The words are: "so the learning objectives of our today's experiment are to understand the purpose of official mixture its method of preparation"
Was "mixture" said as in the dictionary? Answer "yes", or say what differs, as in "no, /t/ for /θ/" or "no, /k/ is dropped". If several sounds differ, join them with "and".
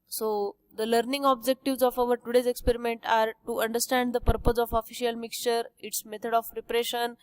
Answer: yes